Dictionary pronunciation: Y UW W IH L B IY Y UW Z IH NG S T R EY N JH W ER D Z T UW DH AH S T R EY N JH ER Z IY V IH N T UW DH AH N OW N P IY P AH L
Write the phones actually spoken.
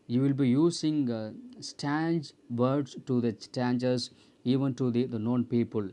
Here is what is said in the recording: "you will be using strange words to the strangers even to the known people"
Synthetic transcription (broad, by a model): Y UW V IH L B IY Y UW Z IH NG S T EY N JH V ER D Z T UW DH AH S T EY N JH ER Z IY V IH N T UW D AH N OW N P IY P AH L